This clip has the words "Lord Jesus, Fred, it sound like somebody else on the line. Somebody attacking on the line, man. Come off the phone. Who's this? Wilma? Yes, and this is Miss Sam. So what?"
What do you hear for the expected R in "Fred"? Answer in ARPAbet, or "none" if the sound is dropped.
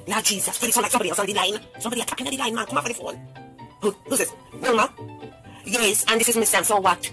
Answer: none